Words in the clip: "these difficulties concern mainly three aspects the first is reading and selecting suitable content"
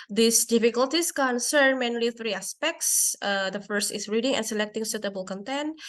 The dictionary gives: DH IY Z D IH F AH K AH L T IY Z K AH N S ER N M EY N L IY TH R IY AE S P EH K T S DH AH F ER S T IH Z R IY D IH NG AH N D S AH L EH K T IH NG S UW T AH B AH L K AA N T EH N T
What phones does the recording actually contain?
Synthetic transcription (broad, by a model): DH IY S D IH F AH K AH L T IY S K AH N S ER N M EY N L IY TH R IY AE S P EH K T S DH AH F ER S T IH S R IY D IH NG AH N S AH L EH K T IH NG S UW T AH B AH L K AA N T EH N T